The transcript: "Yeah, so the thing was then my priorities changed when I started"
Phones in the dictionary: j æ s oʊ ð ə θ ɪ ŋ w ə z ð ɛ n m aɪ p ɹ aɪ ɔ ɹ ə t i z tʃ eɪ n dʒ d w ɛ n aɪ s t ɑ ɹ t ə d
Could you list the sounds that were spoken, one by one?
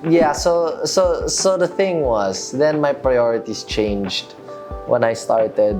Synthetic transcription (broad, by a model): j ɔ s oʊ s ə θ ɪ ŋ w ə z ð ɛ n m aɪ p ɹ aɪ ɔ ɹ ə t i s tʃ eɪ n dʒ d w ɛ n aɪ s t ɑ ɹ t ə d